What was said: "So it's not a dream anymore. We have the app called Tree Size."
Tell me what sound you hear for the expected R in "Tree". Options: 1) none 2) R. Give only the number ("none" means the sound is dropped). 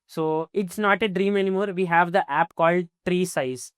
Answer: 2